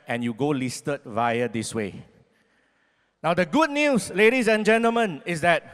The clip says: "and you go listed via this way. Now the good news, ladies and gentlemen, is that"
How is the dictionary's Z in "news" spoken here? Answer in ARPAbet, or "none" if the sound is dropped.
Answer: S